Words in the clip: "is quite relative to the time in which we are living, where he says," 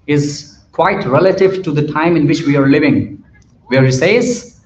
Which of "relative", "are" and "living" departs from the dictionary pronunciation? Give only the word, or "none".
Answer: none